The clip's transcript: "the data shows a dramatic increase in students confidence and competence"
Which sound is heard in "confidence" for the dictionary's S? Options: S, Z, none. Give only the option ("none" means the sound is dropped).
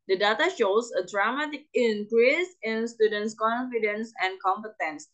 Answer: S